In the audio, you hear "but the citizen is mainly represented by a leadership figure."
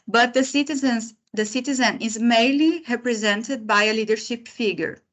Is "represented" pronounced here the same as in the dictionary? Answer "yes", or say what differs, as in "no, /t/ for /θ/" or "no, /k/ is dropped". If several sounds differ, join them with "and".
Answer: yes